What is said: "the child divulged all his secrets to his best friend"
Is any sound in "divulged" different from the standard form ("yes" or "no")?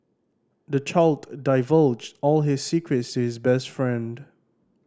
no